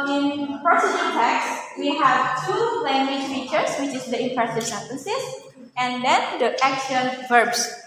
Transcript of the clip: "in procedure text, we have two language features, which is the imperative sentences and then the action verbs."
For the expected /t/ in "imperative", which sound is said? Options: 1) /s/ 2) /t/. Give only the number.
1